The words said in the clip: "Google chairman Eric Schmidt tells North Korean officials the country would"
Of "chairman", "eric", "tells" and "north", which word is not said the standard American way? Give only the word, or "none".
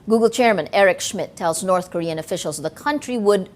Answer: none